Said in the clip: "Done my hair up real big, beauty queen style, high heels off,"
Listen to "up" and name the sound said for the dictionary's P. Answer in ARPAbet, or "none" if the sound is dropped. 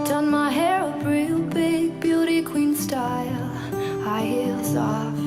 B